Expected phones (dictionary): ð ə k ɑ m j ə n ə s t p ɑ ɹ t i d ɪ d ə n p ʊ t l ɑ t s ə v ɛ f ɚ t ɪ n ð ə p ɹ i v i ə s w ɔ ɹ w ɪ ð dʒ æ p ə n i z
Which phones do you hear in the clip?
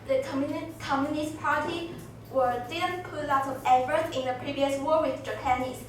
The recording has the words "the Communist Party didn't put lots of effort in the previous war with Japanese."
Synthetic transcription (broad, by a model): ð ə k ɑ m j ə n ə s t p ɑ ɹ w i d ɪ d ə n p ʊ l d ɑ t ə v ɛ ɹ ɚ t ɪ n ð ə p ɹ i v i ə s w ɔ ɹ w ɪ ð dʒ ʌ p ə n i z